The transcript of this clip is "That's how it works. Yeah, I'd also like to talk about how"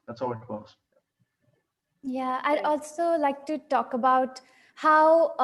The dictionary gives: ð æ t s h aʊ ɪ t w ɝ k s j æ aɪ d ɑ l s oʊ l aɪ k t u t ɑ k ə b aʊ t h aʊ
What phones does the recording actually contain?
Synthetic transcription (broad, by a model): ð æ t s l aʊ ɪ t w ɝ s j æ aɪ d ɑ l s oʊ l aɪ k t u t ɑ k ə b aʊ t h aʊ